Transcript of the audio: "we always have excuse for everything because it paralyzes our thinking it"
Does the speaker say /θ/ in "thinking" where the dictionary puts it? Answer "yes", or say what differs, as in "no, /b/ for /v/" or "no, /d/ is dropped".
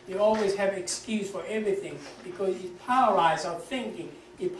yes